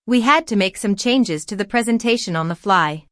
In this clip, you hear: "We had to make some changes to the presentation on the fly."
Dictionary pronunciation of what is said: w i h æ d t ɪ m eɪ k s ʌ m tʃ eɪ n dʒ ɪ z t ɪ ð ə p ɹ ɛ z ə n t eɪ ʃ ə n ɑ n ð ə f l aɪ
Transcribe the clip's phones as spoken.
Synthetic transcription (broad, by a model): w i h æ d t ɪ m eɪ k s ʌ m tʃ eɪ n dʒ ɪ z t ɪ ð ə p ɹ ɛ z ə n t eɪ ʃ ə n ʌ n ð ə f l aɪ